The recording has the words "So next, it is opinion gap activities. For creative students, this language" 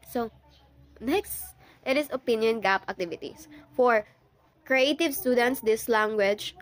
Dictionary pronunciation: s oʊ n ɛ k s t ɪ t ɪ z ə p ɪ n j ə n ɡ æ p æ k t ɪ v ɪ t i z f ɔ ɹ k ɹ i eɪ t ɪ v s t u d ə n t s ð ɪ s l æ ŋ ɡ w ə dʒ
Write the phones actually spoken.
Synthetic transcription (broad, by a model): s oʊ n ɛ k s t ɪ t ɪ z ə p ɪ n j ə n ɡ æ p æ k t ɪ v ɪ t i s f ɔ ɹ k ɹ i eɪ t ɪ v s t u d ə n t s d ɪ s l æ ŋ ɡ w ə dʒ